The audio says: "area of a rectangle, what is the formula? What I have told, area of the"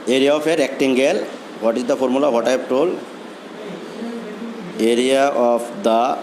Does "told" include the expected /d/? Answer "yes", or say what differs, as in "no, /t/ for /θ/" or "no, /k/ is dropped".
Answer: no, /d/ is dropped